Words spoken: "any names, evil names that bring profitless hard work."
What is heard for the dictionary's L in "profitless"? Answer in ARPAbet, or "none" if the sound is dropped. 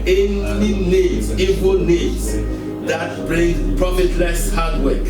L